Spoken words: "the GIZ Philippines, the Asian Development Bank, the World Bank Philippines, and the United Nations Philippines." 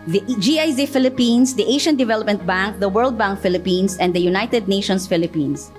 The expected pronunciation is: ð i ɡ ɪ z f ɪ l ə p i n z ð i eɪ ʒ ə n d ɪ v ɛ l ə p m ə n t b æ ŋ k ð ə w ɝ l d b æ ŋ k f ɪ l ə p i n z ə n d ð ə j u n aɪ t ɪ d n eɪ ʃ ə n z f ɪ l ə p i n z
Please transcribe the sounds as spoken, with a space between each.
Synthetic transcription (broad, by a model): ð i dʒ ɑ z f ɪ l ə p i n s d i eɪ ʃ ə n d ɪ v ɛ l ə p m ə n t b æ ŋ k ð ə w ɝ l d b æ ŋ k f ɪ l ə p i n s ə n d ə j u n aɪ t ɪ d n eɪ ʃ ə n s f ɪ l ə p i n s